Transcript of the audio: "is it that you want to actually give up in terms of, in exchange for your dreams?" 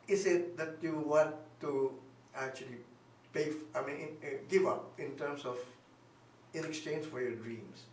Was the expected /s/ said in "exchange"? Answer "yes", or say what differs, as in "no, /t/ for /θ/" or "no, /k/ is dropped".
yes